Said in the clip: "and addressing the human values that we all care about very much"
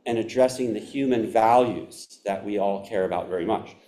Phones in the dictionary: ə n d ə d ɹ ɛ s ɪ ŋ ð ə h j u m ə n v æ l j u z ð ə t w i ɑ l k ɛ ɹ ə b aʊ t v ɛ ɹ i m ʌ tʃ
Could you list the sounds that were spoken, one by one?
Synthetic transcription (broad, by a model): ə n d ə d ɹ ɛ s ɪ ŋ ð ə h j u m ə n v æ l j u z ð ə t w i ɑ l k ɛ ɹ ə b aʊ t v ɛ ɹ i m ʌ tʃ